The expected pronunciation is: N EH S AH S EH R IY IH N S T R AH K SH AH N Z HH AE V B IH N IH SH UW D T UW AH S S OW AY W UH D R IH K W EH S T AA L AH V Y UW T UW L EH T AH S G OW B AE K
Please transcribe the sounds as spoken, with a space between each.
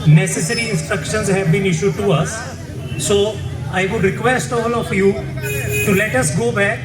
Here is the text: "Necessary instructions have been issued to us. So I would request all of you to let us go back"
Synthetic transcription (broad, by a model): N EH S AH S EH R IY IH N S T R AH K SH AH N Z HH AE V B IH N IH SH UW D T UW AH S S OW AY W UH D R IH K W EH S T AA L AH F Y UW T UW L EH T AH S G OW B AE K